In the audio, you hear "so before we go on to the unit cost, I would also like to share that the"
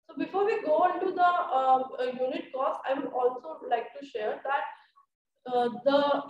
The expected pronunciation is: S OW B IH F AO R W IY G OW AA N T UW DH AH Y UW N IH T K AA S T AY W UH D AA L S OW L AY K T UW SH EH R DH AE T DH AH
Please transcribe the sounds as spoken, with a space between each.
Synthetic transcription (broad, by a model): S OW B IH F AO R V IY G OW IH N T UW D AH Y UW N IH T K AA S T AY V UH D AA L S OW L AY K T UW SH EH R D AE T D AH